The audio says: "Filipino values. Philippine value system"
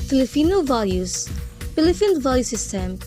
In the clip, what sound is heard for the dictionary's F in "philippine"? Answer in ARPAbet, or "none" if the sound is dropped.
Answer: P